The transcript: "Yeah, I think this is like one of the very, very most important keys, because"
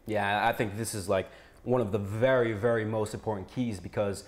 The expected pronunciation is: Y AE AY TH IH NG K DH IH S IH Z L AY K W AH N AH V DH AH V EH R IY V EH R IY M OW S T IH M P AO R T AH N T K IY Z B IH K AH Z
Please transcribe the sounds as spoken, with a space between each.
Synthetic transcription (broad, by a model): Y AE AY TH IH NG K DH IH S IH Z L AY K W AH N AH V DH AH V EH R IY V EH R IY M OW S T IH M P AO R T N K IY Z B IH K AH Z